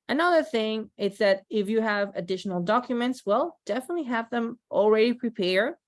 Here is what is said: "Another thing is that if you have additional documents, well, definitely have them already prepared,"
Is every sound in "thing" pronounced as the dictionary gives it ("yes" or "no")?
yes